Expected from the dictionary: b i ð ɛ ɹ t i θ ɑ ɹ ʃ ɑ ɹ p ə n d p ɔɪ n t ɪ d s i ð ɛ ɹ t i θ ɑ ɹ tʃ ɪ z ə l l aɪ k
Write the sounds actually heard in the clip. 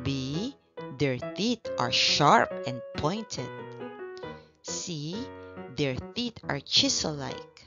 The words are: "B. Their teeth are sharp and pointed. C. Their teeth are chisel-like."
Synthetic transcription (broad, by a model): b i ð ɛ ɹ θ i t ɑ ɹ ʃ ɑ ɹ p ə n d p ɔɪ n t ɪ d s i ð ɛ ɹ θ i t ɑ ɹ tʃ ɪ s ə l l aɪ k